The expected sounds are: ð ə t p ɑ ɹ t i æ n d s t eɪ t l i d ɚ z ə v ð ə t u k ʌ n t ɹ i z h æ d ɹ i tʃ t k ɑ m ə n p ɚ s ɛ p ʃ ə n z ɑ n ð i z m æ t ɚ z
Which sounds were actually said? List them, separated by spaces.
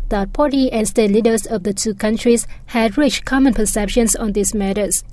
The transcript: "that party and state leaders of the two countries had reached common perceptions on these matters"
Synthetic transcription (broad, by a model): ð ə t p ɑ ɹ t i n s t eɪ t l i d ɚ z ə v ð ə t u k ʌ n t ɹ i s h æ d ɹ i tʃ k ɑ m ə n p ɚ s ɛ p ʃ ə n s ɑ n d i s m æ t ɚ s